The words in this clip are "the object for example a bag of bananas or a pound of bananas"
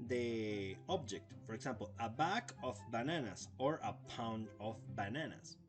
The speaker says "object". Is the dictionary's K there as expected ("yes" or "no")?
yes